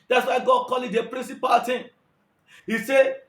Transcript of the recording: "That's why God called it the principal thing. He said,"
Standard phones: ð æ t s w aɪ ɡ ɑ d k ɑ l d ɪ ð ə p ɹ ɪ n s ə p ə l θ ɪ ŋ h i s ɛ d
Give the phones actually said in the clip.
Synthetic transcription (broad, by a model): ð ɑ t s w aɪ ɡ ɑ d k ɑ l ɪ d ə p ɹ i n s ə p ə l t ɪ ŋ h i s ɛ